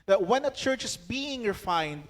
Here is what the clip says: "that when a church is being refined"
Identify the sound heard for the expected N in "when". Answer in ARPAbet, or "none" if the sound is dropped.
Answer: N